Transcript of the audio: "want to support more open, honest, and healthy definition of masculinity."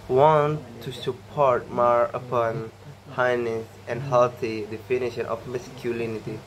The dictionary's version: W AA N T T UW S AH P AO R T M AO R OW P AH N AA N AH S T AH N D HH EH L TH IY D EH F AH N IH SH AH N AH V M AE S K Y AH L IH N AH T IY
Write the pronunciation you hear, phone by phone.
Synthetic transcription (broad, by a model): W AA N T T UW S AH P AO R T M AO R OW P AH N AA N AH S AH N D HH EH L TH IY D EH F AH N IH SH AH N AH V M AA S K Y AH L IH N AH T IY